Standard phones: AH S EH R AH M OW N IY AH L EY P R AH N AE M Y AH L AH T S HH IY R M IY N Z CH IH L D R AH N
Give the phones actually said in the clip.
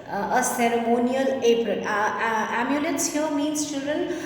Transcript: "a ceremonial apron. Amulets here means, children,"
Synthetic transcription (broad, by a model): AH S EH R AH M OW N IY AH L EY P R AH AE M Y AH L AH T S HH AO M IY N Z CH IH L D R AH N